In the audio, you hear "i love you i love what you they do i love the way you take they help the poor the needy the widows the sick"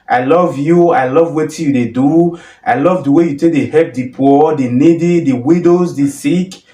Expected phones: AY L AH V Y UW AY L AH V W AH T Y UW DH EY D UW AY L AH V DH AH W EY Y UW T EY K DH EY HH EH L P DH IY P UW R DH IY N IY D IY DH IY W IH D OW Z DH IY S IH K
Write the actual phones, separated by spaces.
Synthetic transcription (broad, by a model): AY L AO V Y UW AY L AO V W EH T Y UW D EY D UW AY L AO V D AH W EY Y UW T EY K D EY HH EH P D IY P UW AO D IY N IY D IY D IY W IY D OW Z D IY S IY K